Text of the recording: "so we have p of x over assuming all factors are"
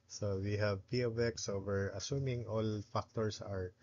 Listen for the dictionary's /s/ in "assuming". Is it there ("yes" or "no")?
yes